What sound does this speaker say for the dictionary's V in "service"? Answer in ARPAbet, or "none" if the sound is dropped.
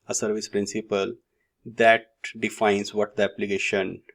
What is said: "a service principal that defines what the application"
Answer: V